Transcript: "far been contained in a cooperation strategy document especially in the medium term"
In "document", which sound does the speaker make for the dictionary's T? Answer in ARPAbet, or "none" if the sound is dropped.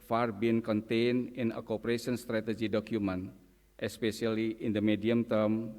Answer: T